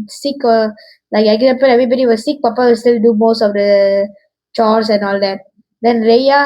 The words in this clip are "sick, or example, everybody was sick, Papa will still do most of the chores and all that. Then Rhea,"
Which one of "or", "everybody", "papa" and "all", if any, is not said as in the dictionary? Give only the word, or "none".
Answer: or